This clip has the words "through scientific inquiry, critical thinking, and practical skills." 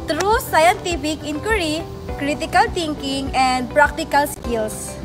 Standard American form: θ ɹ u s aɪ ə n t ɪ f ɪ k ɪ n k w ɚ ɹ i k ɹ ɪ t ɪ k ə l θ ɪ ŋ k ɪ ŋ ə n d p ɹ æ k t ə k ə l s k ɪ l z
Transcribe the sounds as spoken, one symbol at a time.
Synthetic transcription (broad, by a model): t ɹ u s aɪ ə n t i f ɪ k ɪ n k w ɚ ɹ i k ɹ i t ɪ k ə l t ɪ ŋ k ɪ ŋ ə n p ɹ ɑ k t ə k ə l s k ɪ l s